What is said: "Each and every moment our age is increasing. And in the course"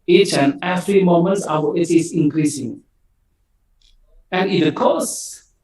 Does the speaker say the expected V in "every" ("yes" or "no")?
no